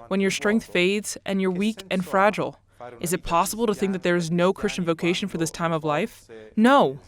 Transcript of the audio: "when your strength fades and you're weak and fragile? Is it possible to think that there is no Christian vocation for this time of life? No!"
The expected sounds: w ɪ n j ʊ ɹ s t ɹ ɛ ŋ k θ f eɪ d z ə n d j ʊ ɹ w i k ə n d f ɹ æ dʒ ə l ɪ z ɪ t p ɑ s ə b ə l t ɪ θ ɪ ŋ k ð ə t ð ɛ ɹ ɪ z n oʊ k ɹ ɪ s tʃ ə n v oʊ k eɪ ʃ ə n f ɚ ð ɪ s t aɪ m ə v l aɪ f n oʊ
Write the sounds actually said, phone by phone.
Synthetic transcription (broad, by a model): w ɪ n j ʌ ɹ s t ɹ ɛ ŋ k θ f eɪ d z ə n j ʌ ɹ w i k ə n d f ɹ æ dʒ l ɪ z ɪ t p ɑ s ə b l t ɪ θ ɪ ŋ k ð ə t ð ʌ ɹ ɪ z n oʊ k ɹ ɪ s tʃ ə n v oʊ k eɪ ʃ ə n f ɚ ð ɪ s t aɪ m ə v l aɪ f n oʊ